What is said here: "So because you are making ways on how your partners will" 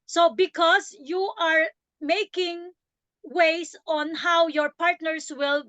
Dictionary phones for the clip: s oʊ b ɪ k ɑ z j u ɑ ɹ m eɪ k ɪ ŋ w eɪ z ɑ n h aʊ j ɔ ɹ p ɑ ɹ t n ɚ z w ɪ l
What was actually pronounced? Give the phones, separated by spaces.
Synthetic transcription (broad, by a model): s oʊ b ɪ k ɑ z j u ɑ ɹ m eɪ k ɪ ŋ w eɪ s ɑ n h aʊ j ɔ ɹ p ɑ ɹ t n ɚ s w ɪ l